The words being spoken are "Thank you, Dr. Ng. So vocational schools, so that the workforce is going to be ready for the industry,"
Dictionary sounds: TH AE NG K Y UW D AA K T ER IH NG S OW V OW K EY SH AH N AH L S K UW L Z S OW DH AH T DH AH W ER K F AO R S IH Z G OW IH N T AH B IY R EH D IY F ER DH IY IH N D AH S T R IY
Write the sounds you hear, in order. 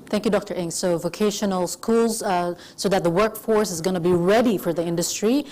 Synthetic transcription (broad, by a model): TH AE NG K Y UW D AA K T ER IH NG S OW V OW K EY SH AH N AH L S K UW L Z S OW DH AH T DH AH W ER K F AO R S IH Z G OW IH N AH B IY R EH D IY F ER DH IY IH N D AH S T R IY